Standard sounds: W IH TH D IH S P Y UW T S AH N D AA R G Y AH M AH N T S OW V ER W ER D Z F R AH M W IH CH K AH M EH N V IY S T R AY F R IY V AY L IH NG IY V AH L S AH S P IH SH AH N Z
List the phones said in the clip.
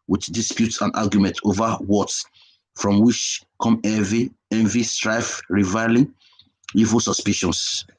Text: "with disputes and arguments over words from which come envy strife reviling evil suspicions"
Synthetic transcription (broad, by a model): W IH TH D IH S P Y UW T S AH N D AA G Y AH M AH N T OW V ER W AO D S F R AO M W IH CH K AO M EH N V IY S T R AY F R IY V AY L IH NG IY V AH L S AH S P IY SH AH N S